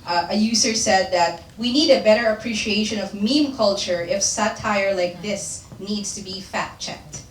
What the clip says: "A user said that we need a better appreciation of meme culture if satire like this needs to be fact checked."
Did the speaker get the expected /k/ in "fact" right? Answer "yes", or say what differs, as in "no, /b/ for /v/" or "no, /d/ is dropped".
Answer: no, /k/ is dropped